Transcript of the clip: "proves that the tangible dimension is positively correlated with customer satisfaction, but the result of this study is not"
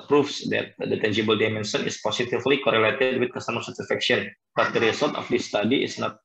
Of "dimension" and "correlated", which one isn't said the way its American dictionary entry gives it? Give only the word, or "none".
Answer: dimension